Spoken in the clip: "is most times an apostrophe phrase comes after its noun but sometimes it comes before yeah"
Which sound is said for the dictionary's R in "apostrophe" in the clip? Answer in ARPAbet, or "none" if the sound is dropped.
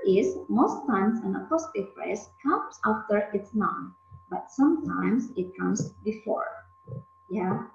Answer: none